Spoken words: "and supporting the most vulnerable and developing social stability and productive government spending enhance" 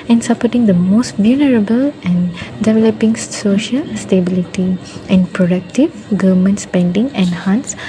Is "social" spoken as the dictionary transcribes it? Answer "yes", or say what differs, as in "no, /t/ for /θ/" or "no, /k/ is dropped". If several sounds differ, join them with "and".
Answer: yes